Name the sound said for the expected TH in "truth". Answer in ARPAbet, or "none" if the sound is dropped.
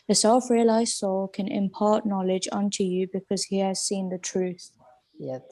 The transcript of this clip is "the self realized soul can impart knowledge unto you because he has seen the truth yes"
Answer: TH